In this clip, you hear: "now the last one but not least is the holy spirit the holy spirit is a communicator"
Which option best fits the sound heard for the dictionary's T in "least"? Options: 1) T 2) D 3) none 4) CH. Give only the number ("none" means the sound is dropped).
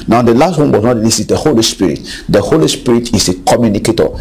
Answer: 3